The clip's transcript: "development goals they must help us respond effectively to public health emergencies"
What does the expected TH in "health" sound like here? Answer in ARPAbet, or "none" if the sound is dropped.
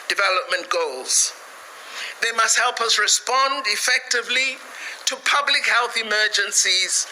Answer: TH